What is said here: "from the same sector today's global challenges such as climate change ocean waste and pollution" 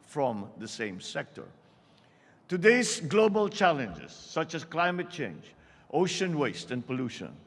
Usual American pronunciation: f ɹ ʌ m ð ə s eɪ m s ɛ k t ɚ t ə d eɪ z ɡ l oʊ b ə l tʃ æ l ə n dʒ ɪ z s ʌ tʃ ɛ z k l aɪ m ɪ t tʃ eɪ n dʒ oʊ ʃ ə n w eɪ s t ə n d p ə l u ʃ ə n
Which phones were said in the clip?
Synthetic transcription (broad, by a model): f ɹ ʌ m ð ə s eɪ m s ɛ k t ɚ t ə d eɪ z ɡ l oʊ b ə l tʃ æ l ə n dʒ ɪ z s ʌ tʃ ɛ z k l aɪ m ɪ t tʃ eɪ n dʒ oʊ ʃ ə n w eɪ s t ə n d p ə l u ʃ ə n